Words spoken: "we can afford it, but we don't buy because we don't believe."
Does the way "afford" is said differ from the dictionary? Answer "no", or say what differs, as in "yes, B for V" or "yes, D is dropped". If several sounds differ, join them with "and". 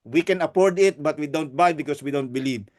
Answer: yes, P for F